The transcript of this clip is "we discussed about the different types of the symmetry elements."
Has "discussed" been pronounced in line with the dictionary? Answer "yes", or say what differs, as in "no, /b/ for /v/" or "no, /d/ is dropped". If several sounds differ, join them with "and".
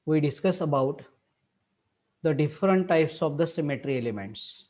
no, /t/ is dropped